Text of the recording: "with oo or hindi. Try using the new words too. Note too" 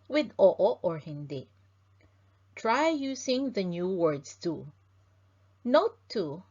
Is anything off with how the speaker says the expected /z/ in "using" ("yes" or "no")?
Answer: yes